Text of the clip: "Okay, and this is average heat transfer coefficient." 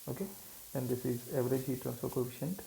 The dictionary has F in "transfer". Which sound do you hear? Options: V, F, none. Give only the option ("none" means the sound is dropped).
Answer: none